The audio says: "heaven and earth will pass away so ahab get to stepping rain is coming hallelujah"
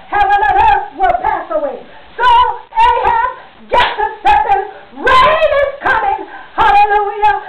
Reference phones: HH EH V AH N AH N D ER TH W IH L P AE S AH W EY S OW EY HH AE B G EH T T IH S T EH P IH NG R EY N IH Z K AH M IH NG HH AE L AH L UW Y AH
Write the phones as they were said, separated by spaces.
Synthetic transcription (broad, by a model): HH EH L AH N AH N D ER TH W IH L P AE S AH W EY S OW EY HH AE G EH T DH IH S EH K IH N R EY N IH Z K AH M IH NG HH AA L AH L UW Y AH